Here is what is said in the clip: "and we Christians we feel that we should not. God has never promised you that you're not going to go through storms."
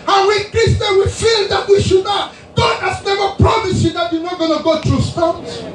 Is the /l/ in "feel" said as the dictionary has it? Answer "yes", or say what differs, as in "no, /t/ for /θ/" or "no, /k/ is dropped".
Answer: yes